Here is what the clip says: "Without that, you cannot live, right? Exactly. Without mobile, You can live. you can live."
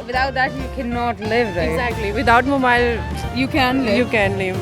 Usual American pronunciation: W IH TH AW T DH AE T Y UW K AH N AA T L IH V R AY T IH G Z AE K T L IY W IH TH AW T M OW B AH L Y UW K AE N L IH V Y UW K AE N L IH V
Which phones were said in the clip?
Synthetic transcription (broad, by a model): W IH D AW T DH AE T Y UW K AH N AA T L IH V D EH IH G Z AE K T L IY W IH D AW T M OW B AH L Y UW K AE N L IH Y UW K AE N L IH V